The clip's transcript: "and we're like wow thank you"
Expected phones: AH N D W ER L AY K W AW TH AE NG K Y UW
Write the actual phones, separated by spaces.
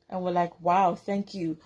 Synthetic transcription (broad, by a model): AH N W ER L AY K W AW TH AE NG K Y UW